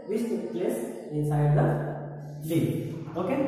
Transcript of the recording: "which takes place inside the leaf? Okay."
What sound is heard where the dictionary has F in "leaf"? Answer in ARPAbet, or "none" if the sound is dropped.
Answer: none